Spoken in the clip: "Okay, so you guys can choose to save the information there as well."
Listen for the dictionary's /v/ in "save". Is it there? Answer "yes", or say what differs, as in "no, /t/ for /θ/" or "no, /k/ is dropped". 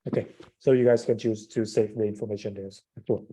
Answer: no, /f/ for /v/